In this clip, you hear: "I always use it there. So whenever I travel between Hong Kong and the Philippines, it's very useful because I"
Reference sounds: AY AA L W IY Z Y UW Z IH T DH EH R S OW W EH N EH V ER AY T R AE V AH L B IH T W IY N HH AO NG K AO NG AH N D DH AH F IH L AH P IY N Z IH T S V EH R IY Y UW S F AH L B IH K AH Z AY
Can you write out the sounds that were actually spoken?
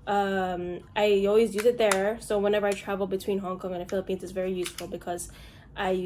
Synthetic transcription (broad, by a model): AY AA L W IY Z Y UW Z IH T DH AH R S OW W EH N EH V ER AY T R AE V L B IH T W IY N HH AO NG K AO NG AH N DH AH F IH L AH P IY N Z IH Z V EH R IY Y UW S F L B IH K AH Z AY